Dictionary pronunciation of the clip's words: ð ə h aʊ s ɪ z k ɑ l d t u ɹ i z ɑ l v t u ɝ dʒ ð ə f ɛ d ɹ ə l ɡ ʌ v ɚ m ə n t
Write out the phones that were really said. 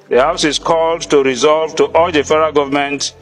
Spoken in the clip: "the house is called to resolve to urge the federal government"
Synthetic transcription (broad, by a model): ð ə h aʊ s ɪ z k ɑ l d t u ɹ i z ɑ l v t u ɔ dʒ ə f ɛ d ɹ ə ɡ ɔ v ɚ m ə n t